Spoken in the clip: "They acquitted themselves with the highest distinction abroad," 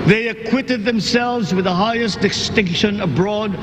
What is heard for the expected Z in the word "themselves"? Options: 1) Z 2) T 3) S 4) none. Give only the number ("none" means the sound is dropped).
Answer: 1